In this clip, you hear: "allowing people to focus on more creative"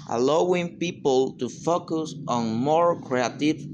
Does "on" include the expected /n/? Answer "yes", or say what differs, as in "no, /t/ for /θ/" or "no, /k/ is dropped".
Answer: yes